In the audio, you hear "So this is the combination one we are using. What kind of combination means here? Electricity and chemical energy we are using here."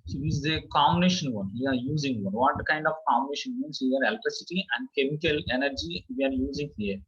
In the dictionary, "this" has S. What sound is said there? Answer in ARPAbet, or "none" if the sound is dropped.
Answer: none